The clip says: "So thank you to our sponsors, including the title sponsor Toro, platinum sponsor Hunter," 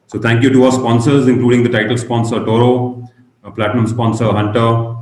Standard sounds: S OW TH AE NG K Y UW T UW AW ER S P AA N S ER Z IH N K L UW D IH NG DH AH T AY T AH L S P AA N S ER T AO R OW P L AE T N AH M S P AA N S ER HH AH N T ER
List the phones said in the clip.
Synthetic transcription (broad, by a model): S OW T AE NG K Y UW T UW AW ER S P AA N S ER Z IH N K L UW D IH NG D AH T AY T AH L S P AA N S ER T AO R OW P L AE T N AH M S P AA N S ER HH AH N T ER